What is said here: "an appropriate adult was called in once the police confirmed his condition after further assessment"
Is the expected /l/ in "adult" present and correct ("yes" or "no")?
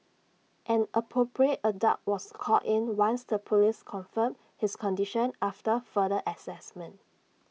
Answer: no